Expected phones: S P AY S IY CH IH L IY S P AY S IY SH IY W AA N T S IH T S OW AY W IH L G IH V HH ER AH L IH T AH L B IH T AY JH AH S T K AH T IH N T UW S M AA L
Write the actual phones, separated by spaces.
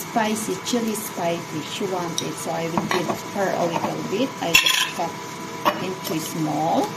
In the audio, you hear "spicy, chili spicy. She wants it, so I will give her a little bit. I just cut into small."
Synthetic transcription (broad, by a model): S P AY S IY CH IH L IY S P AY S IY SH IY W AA N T IH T S OW AY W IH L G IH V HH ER AH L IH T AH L B IH T AY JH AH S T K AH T IH N T UW S M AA L